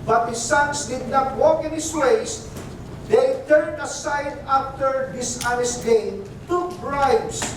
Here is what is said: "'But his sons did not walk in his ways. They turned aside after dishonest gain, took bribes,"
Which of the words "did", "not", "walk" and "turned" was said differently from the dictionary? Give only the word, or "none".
none